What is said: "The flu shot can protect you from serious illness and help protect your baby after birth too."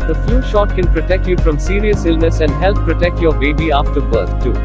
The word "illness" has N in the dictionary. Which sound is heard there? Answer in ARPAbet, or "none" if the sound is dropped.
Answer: N